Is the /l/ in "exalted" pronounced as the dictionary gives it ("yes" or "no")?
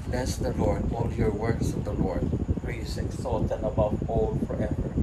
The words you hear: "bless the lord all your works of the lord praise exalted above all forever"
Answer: no